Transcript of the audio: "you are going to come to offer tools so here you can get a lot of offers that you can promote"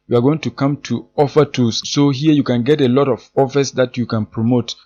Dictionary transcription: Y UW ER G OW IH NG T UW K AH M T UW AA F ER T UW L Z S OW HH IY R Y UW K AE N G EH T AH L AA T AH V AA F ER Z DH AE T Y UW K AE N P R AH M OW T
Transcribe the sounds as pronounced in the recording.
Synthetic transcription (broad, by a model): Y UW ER G OW IH NG T UW K AH M T UW AA F ER T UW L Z S OW HH IY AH Y UW K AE N G EH T AH L AA T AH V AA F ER S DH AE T Y UW K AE N P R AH M OW T